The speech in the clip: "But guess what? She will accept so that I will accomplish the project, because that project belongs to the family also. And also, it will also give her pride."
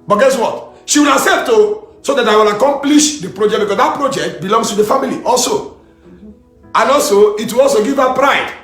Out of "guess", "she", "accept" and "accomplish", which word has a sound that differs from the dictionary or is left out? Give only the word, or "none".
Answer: accept